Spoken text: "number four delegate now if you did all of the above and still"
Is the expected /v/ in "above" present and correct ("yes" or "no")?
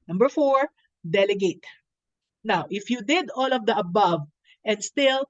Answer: yes